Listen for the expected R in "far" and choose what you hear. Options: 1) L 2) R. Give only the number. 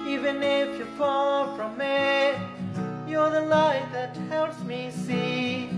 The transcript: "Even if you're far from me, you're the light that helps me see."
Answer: 1